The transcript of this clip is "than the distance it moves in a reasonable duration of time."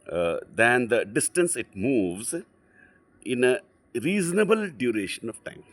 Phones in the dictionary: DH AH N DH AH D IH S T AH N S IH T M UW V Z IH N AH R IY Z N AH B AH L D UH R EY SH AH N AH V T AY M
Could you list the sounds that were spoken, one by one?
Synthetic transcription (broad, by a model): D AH N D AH D IH S T AH N S IH T M UW V Z IH N AH R IY Z N AH B AH L D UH R EY SH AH N AH V T AY M